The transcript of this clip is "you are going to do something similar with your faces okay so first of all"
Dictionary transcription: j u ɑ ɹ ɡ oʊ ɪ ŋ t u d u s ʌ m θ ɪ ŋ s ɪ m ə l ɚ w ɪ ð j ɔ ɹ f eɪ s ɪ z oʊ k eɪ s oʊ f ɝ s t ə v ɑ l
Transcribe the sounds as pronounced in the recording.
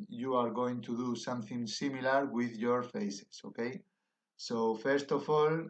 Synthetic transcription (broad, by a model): j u ɑ ɹ ɡ oʊ ɪ ŋ t u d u s ʌ m θ ɪ ŋ s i m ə l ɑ w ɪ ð j ɔ ɹ f eɪ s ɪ s oʊ k eɪ s oʊ f ɝ s t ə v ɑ l